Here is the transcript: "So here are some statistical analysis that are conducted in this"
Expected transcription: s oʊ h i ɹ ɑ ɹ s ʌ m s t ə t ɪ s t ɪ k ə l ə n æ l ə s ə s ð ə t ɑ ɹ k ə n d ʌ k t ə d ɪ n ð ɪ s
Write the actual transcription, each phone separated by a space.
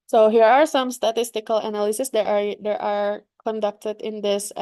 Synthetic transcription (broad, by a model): s oʊ h i ɹ ɑ ɹ s ʌ m s t ə t ɪ s t ɪ k ə l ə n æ l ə s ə s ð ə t ɑ ɹ k ə n d ʌ k t ə d ɪ n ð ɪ s